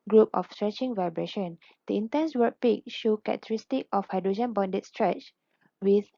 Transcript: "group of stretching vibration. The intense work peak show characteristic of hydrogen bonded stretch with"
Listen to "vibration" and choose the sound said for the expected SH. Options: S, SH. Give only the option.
SH